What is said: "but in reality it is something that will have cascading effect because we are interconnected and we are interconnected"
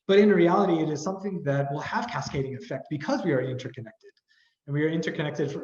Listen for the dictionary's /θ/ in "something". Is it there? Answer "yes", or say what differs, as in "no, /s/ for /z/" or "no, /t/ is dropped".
yes